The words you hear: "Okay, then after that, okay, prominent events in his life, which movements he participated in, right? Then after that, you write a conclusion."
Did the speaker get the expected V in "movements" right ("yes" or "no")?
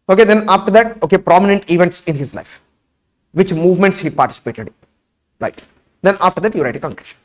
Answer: yes